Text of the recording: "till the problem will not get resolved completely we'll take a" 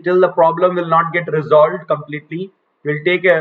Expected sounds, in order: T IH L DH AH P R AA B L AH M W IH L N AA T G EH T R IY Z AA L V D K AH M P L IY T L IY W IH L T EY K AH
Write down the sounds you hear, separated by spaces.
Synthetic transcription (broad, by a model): T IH L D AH P R AA B L AH M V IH L N AA T G EH T R IY Z AA L V D K AH M P L IY T L IY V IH L T EY K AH